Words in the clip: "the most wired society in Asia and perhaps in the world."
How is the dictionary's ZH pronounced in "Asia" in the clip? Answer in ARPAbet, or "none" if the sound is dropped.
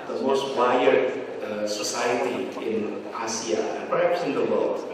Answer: S